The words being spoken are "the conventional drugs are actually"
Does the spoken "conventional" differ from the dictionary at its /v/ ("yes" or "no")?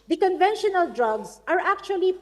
no